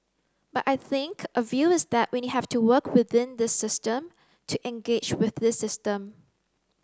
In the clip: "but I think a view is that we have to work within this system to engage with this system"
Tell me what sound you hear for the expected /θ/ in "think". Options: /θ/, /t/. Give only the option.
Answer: /θ/